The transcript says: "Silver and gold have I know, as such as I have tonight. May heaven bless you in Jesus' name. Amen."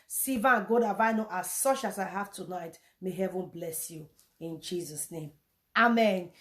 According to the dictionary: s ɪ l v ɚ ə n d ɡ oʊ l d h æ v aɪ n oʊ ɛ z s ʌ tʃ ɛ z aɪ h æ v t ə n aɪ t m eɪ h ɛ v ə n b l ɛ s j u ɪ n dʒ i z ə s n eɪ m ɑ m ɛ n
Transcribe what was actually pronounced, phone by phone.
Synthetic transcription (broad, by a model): s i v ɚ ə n ɡ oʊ d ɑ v aɪ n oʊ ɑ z s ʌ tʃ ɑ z aɪ h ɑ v t ə n aɪ t m eɪ h ɛ v ə n b l ɛ s j u ɪ n dʒ i z ə s n eɪ m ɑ m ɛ n